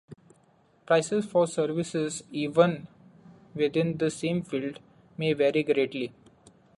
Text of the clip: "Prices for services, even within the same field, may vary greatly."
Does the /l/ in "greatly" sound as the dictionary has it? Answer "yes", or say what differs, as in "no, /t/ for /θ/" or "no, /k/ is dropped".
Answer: yes